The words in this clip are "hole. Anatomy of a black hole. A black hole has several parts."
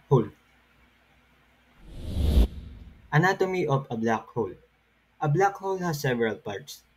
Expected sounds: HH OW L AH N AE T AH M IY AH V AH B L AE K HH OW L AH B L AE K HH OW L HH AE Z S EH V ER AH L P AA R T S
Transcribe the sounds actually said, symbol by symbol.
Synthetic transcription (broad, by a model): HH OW L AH N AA T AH M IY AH P AH B L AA K HH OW L AH B L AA K HH OW L HH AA S EH V ER AH L P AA R T S